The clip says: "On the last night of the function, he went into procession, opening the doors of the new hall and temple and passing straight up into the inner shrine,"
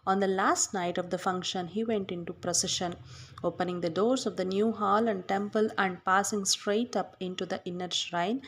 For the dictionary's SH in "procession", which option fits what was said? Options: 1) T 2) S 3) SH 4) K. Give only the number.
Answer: 3